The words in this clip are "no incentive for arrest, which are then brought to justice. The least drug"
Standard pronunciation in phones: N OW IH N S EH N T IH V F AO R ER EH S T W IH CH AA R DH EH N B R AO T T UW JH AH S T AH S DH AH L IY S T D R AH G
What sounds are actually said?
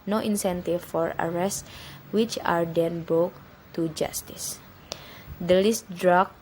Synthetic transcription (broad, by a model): N OW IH N S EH N T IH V F AO R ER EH S T W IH CH AA R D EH N B AO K T UW JH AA S T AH S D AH L IY S T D R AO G